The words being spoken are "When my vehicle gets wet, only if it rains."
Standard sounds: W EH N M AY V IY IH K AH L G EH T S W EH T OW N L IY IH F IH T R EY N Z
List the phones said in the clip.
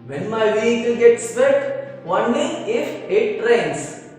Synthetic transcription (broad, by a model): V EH N M AY V IY IH K AH L G EH T S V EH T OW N IY IH F IH T R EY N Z